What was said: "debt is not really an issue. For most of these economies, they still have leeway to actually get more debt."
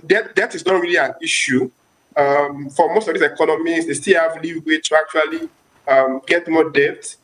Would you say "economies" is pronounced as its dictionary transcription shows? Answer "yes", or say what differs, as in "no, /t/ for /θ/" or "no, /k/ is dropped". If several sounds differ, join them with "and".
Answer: no, /l/ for /n/